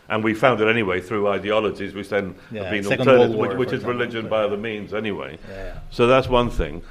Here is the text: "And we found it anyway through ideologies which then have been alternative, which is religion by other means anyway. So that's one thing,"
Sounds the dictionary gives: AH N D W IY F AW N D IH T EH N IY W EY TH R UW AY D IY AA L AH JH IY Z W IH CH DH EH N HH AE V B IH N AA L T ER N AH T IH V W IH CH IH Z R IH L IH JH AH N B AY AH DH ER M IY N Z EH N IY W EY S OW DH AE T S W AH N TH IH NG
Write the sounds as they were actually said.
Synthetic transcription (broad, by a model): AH N W IY F AW N D IH T EH N IY W EY TH R UW AY D IY AA L AH JH IY Z W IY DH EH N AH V B IH N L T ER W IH W IH CH IH Z R IH L IH JH AH N B AY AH DH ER M IY N Z EH N IY W EY S OW DH AE T S W AH N TH IH NG